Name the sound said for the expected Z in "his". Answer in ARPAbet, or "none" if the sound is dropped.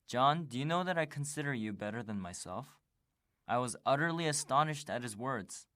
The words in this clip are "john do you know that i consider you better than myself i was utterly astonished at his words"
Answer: Z